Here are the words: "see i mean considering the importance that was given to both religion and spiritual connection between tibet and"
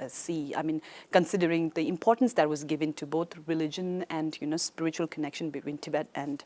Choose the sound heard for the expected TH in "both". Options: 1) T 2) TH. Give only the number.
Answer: 1